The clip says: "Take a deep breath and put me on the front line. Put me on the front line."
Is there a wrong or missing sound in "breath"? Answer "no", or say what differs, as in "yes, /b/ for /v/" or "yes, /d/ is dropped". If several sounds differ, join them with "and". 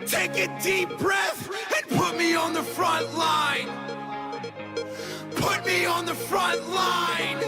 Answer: no